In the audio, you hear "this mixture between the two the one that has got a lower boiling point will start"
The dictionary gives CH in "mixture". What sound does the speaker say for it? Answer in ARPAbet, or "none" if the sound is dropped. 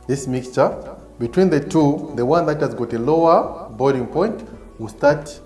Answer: CH